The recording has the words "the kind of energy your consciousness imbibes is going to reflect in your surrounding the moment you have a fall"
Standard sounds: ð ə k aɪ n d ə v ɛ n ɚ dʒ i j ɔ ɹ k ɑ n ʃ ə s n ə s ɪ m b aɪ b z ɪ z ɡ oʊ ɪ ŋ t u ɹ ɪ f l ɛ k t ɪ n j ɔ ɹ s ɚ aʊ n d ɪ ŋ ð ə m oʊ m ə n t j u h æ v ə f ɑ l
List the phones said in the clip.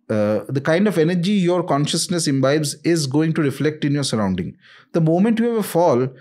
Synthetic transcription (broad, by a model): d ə k aɪ n d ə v ɛ n ɚ dʒ i j ɔ ɹ k ɑ n ʃ ə s n ə s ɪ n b aɪ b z ɪ z ɡ oʊ ɪ ŋ t u ɹ ɪ f l ɛ k t ɪ n j ɔ ɹ s ɚ aʊ n d ɪ ŋ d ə m oʊ m ə n t j u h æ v ə f ɑ l